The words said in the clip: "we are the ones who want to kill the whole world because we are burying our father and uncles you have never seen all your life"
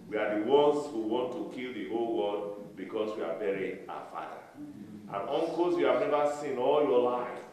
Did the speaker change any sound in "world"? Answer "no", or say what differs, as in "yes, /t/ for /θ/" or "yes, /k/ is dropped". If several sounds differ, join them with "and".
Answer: yes, /l/ is dropped